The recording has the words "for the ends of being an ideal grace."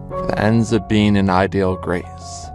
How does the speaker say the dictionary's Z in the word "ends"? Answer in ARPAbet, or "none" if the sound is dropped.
Z